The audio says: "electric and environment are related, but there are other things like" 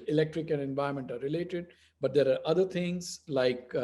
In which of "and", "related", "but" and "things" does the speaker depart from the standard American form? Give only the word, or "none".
things